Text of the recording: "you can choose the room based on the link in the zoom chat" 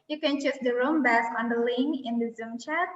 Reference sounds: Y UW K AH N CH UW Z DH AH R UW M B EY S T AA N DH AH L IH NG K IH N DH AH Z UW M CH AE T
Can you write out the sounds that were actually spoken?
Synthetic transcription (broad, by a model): Y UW K AH N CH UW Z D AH R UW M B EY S AA N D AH L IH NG IH N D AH Z UW M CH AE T